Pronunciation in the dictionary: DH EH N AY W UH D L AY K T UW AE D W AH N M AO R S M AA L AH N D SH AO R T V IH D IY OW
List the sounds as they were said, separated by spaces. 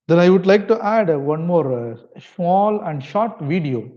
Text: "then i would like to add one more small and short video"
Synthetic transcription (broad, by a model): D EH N AY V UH D L AY K T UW AE D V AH N M AO R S M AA L AH N D SH AO R T V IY D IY OW